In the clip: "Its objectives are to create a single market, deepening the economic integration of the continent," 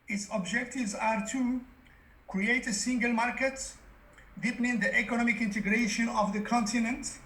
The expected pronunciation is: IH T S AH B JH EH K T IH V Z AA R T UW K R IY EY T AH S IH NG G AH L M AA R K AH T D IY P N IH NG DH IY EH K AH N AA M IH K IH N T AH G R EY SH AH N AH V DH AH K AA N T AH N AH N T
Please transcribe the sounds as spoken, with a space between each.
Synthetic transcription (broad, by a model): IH T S AH B JH EH K T IH V Z AA R T UW K R IY EY T AH S IH NG G AH L M AA R K AH T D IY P N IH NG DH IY EH K AH N AA M IH K IH N T AH G R EY SH AH N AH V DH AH K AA N T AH N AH N T